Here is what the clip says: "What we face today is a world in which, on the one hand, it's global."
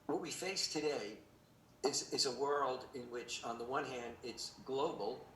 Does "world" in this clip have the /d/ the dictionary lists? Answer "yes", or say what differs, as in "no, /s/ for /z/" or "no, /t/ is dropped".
yes